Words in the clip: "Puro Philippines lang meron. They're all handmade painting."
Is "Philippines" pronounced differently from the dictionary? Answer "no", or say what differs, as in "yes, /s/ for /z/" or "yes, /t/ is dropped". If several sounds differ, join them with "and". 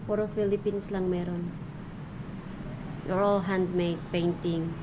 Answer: yes, /s/ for /z/